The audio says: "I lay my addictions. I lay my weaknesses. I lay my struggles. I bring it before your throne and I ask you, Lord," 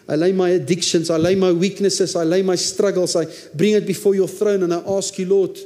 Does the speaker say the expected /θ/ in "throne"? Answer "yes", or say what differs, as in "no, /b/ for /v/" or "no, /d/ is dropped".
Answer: yes